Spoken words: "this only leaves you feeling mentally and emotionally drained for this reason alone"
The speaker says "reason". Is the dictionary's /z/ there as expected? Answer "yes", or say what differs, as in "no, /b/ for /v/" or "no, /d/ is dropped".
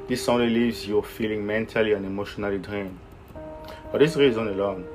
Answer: yes